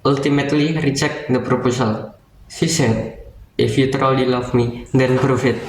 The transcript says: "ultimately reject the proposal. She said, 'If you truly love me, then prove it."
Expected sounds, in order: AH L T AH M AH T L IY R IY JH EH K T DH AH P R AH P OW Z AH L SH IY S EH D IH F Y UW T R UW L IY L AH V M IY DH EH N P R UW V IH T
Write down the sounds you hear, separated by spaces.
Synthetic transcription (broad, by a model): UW L T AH M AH T L IY R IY CH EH K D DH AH P R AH P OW S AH L S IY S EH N IH F Y UW T R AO L IY L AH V M IY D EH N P R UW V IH T